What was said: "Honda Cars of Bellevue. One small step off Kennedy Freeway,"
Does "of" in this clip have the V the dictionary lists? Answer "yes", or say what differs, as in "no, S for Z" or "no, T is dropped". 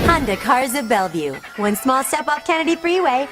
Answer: yes